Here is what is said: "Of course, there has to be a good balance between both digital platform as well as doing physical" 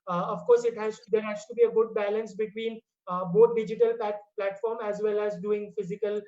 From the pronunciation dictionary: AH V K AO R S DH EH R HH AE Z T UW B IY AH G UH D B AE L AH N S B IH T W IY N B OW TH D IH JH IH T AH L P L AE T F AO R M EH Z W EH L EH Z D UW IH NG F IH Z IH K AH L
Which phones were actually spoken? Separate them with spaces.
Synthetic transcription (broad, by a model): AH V K AO R S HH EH R HH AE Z T UW B IY AH G UH D B AE L AH N S B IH T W IY N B OW T D IH JH IH T AH L P L AE T F AO R M EH Z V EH L EH Z D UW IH NG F IH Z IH K AH L